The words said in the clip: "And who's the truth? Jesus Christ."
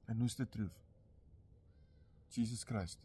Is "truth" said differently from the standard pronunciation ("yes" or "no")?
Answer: yes